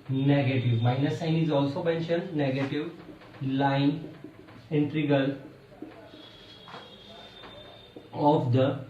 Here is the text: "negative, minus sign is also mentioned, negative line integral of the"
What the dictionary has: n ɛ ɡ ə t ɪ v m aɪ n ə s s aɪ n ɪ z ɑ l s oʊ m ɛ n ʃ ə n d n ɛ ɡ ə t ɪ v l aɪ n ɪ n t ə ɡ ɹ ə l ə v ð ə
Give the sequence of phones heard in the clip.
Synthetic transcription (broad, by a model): n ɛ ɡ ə t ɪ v m aɪ n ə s s aɪ n ɪ z ɑ l s oʊ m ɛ n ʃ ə n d n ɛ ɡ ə t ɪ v l aɪ n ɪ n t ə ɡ ə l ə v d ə